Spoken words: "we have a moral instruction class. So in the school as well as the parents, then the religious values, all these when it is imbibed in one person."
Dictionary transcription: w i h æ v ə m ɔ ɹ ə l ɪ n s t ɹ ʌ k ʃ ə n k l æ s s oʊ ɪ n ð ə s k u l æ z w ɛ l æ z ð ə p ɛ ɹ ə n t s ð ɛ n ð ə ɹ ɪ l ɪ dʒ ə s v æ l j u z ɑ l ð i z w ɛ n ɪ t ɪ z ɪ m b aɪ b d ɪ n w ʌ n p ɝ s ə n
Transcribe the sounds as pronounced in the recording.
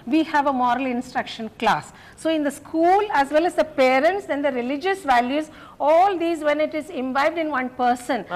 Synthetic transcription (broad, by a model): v i h æ v ə m ɔ ɹ ə l ɪ n s t ɹ ʌ k ʃ ə n k l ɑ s s oʊ ɪ n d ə s k u l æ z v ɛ l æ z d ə p ɛ ɹ ə n t s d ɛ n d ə ɹ ɪ l ɪ dʒ ə s v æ l j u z ɑ l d i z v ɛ n ɪ t ɪ z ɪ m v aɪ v d ɪ n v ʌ n p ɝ s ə n